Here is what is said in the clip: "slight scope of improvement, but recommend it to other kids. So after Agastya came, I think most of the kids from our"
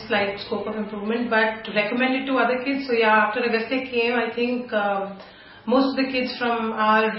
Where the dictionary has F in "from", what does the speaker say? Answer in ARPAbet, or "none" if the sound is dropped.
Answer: F